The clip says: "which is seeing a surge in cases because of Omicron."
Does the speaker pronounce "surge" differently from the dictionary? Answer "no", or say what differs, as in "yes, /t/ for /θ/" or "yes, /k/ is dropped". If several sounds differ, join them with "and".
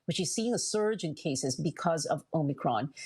no